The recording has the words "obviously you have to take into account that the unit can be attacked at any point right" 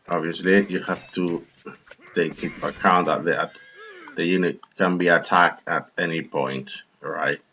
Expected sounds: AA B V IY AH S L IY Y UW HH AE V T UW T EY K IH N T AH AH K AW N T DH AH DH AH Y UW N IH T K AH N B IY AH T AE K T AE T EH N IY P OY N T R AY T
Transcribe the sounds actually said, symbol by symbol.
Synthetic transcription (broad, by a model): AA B V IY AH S L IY Y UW HH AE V T UW T EY K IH T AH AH K AW N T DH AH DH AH Y UW N IH T K AH N B IY AH T AE K T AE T EH N IY P OY N T R AY T